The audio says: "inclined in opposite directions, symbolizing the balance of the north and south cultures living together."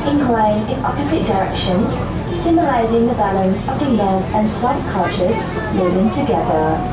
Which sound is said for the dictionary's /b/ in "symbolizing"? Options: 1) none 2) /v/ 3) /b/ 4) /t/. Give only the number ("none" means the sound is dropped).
1